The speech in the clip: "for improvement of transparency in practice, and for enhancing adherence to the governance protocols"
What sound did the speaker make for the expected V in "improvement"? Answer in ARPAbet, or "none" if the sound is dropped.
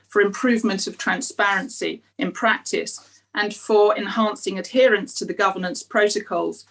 V